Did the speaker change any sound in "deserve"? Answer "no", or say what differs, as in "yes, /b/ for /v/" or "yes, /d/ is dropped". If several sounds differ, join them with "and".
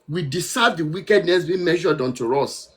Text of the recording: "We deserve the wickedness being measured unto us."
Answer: yes, /s/ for /z/